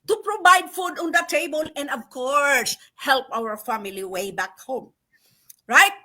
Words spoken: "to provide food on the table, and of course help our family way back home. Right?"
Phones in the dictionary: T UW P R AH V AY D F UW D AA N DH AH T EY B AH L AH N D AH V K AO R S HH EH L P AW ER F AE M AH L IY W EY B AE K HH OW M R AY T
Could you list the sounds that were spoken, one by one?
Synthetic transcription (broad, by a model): T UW P R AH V AY D F UW D AA N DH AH T EY B AH L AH N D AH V K AO R S HH EH L P AW ER F AE M AH L IY W EY B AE K HH OW M R AY T